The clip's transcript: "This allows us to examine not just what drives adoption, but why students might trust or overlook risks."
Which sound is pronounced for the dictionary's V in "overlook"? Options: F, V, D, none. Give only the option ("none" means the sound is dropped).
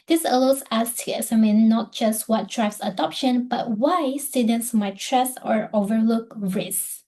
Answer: V